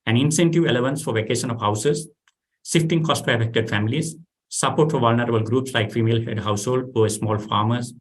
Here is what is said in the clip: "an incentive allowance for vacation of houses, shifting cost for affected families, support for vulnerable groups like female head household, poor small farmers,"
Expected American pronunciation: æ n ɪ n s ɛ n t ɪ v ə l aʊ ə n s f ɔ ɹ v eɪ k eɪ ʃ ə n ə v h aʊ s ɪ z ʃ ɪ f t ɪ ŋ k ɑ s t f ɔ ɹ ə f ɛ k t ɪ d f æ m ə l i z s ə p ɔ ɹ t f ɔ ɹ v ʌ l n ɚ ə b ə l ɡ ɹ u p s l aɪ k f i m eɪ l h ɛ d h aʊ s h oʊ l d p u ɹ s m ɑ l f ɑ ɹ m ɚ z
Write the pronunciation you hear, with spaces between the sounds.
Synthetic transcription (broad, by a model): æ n ɪ n s ɛ n t ɪ v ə l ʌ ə n s f ɔ ɹ v eɪ k eɪ ʃ ə n ə v h aʊ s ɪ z s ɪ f t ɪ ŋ k ɑ s t f ɔ ɹ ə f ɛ k t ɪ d f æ m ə l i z s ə p ɔ t f ɔ ɹ v ʌ l n ɚ ə b ə l ɡ ɹ u p s l aɪ k f i m eɪ l h ɛ d h aʊ s h oʊ l d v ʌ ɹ s m ɑ l f ɑ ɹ m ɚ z